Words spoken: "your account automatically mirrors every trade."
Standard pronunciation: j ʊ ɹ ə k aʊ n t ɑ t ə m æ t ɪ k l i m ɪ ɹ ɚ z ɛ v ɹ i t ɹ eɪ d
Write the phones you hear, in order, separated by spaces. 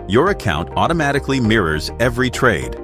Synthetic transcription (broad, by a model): j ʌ ɹ ə k aʊ n t ɑ t ə m æ t ɪ k l i m ɪ ɹ ɚ z ɛ v ɹ i t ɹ eɪ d